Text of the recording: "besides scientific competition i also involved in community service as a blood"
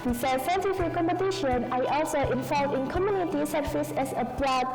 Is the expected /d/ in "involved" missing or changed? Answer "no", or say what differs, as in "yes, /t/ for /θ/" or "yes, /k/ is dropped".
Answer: yes, /d/ is dropped